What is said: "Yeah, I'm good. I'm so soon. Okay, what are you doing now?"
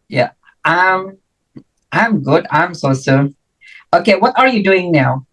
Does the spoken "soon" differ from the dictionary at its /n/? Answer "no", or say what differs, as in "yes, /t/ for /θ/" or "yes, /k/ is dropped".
yes, /n/ is dropped